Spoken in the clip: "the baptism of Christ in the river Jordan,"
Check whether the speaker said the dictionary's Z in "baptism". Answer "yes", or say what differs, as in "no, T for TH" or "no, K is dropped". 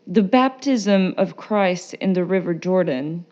yes